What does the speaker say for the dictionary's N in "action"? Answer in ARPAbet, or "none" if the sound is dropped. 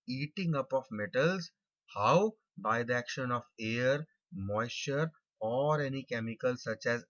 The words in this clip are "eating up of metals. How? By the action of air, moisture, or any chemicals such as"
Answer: N